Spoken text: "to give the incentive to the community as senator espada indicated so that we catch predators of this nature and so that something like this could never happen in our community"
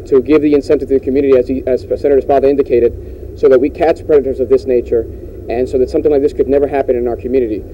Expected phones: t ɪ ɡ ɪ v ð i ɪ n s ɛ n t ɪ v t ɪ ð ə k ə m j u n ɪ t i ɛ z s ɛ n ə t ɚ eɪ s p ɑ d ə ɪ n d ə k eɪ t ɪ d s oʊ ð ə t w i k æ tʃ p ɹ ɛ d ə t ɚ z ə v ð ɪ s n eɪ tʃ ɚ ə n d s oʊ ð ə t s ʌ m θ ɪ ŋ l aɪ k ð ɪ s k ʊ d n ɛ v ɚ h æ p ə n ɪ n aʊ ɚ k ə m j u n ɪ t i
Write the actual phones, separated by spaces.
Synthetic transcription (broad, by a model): t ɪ ɡ ɪ v ð i ɪ n s ɛ n t ɪ v t ɪ ð ə k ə m j u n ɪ t i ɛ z s ɛ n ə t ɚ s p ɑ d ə ɪ n d ə k eɪ t ɪ d s oʊ ð ə t w i k æ tʃ p ɹ ɛ d ə t ɚ z ə v ð ɪ s n eɪ tʃ ɚ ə n s oʊ ð ə t s ʌ m θ ɪ ŋ l aɪ k ð ɪ s k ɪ d n ɛ v ɚ h æ p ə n ɪ n aʊ ɚ k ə m j u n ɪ t i